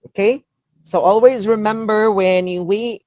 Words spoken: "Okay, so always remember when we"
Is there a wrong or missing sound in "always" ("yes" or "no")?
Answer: no